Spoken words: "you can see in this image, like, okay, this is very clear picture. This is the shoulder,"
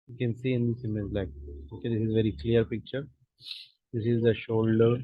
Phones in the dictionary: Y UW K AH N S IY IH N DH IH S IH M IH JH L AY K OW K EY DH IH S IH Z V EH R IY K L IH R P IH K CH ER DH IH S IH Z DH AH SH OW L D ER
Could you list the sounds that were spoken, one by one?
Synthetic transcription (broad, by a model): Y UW K AH N S IY IH N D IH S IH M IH Z L AY K OW K EY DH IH S IH Z V EH R IY K L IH R P IH K CH ER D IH S IH Z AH SH OW L D ER